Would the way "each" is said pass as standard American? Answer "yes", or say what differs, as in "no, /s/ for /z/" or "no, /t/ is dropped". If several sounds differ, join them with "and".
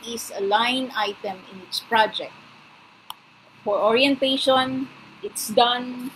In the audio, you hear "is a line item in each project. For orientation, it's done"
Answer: no, /s/ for /tʃ/